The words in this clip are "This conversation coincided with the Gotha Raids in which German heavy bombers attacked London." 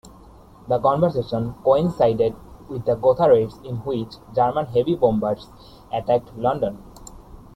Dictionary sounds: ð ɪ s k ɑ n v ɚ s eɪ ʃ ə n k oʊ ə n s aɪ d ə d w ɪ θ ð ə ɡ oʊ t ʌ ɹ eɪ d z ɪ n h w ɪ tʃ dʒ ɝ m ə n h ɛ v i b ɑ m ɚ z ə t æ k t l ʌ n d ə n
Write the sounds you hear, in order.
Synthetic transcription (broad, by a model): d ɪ k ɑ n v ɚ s eɪ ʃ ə n k oʊ ə n s aɪ d ə d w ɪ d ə ɡ oʊ t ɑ ɹ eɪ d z ɪ n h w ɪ tʃ dʒ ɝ m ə n h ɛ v i b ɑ m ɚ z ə t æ k t l ʌ n d ə n